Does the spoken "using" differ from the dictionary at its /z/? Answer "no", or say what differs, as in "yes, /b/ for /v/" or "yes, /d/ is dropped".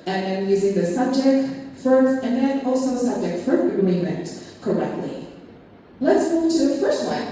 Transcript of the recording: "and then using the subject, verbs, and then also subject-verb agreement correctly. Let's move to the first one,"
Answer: no